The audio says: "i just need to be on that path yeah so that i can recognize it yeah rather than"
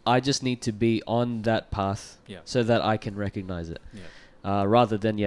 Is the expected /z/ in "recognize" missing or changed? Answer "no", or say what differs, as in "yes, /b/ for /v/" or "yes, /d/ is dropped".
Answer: no